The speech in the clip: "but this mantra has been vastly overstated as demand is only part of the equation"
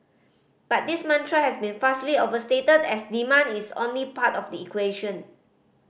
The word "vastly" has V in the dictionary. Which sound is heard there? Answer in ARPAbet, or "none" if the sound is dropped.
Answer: F